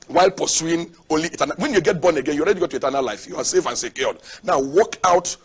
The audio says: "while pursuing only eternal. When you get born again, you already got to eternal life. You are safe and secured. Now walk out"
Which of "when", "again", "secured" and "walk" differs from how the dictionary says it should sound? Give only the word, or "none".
secured